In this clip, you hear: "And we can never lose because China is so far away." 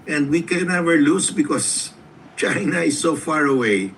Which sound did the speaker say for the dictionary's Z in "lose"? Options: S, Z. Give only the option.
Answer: S